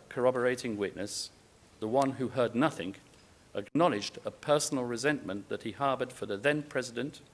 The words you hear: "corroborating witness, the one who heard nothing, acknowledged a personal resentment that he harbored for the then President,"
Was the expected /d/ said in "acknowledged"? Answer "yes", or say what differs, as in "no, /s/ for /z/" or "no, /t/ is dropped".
yes